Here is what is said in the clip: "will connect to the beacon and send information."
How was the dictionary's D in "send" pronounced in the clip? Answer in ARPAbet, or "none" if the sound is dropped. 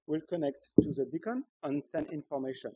none